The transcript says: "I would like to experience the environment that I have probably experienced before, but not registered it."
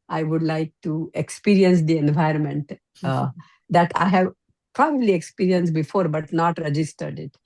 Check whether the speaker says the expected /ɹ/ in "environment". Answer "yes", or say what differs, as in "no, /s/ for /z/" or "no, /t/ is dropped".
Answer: yes